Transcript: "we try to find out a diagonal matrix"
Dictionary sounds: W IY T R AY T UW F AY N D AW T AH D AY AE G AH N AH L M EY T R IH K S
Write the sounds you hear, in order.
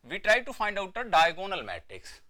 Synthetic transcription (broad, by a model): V IY T R AY T UW F AY N D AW T AH D AY G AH N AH L M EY T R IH K S